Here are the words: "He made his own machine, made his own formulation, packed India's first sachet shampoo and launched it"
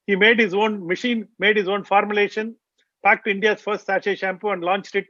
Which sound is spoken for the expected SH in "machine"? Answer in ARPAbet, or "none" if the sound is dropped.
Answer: SH